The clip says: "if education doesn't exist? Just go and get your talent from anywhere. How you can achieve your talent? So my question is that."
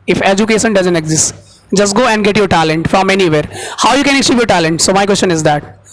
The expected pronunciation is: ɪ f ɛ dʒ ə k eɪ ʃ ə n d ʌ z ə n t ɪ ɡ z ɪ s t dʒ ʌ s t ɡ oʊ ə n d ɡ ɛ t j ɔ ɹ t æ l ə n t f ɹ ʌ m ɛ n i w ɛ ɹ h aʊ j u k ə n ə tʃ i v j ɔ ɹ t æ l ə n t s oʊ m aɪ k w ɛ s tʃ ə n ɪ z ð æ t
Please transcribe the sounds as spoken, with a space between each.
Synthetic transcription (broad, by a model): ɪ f ɛ dʒ ə k eɪ ʃ ə n d ʌ z ə n t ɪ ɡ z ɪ s t dʒ ʌ s t ɡ oʊ ə n d ɡ ɛ t j ɔ ɹ t æ l ə n t f ɹ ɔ m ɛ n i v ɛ ɹ h aʊ j u k ə n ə s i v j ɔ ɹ t æ l ə n t s oʊ m aɪ k w ɛ s tʃ ə n ɪ z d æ t